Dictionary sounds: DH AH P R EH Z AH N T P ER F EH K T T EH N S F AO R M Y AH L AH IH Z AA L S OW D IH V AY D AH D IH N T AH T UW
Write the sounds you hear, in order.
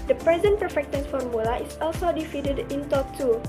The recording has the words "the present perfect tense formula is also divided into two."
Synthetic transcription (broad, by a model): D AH P R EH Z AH N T P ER F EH K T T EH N F AO R M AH L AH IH S AA L S OW D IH F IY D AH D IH N T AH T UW